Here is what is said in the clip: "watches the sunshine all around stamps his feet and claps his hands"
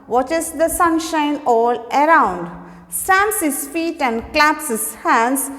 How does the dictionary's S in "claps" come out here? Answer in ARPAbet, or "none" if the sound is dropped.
S